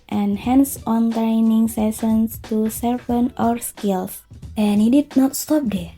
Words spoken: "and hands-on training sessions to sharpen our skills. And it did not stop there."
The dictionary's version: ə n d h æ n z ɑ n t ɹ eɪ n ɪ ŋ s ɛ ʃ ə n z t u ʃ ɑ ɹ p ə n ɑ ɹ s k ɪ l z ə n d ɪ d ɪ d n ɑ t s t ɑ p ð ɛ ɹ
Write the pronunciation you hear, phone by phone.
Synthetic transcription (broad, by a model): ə n h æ n s ɑ n t ɹ eɪ n ɪ ŋ s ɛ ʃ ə n s t u s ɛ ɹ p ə n ɑ ɹ s k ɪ l s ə n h ɪ d ɪ d n ɑ t s t ɑ p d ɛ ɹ